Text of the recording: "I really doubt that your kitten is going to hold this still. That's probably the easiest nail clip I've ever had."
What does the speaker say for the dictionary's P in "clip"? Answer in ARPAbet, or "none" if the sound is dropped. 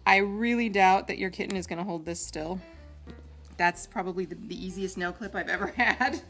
P